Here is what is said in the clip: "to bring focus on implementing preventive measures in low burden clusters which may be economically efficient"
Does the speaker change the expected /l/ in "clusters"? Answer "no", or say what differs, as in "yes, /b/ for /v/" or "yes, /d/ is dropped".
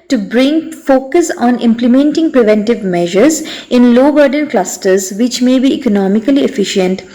no